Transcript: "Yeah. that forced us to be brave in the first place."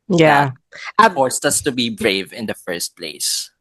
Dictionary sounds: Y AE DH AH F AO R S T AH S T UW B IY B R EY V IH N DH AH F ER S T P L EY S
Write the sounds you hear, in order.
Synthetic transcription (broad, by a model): Y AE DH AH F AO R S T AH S T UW B IY B R EY V IH N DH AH F ER S T P L EY S